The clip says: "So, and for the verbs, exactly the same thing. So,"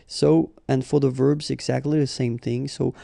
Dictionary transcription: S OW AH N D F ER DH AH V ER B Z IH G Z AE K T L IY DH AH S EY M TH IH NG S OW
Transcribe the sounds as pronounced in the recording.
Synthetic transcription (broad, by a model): S OW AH N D F ER DH AH V ER B Z IH G Z AE K T L IY DH AH S EY M TH IH NG S OW